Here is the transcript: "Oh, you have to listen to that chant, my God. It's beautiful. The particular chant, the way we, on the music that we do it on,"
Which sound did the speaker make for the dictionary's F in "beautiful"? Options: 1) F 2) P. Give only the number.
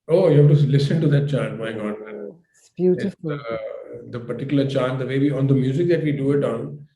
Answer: 2